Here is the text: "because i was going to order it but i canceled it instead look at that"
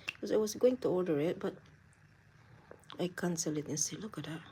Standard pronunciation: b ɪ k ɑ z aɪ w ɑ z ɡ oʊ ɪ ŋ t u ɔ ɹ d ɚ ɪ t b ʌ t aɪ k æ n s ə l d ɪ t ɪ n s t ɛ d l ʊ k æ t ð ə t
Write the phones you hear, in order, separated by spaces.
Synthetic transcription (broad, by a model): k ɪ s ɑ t w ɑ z ɡ oʊ ɪ ŋ t u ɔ l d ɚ ɪ t b ʌ t aɪ k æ n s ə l ɪ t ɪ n s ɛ l ʊ k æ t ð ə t